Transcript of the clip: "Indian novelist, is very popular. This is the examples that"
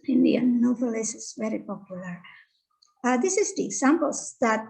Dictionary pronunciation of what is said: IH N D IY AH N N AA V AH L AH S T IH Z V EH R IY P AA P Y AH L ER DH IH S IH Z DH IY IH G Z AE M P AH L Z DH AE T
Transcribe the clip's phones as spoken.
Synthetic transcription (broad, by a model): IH N D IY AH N N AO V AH L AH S IH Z V EH R IY P AA P Y AH L ER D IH S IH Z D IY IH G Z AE M P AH L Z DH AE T